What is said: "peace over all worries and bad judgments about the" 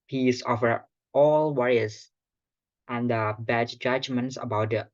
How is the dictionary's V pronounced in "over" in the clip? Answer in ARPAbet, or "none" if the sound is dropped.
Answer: F